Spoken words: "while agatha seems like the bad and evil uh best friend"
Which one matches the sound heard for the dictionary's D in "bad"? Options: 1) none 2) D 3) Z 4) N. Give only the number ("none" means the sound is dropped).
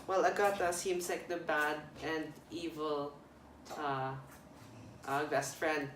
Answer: 2